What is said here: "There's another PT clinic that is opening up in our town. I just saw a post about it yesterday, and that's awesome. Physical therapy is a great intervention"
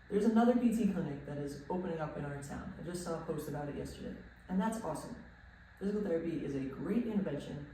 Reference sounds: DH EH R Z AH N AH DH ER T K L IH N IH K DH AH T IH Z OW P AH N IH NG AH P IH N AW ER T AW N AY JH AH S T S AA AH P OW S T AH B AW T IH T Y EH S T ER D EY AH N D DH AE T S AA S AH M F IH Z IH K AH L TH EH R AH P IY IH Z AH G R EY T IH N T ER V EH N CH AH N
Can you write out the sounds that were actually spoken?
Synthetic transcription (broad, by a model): DH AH R Z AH N AH DH ER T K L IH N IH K DH AH T IH Z OW P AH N IH NG AH P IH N AW ER T AW N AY JH AH S T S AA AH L OW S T AH B AW T IH T Y EH S T ER D EY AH N DH AE T S AA S AH M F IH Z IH K L TH EH R AH P IY IH Z AH G R EY T IH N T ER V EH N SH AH N